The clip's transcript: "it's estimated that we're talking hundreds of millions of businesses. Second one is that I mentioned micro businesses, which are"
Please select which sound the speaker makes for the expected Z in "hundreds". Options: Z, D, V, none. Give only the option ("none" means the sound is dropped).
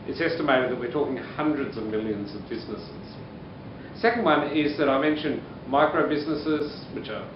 Z